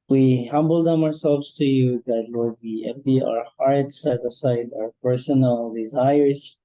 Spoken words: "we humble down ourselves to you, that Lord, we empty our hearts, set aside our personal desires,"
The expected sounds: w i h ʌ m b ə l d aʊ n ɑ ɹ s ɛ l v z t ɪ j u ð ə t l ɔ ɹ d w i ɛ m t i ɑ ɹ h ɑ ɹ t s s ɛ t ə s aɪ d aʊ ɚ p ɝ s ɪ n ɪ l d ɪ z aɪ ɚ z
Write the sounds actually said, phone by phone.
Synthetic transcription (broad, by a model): w i h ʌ m b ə l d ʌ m ɑ ɹ s ɛ l v z t ɪ j u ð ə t l ɔ ɹ d w i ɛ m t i ɑ ɹ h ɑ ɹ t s s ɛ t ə s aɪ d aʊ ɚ p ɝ s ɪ n l d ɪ z aɪ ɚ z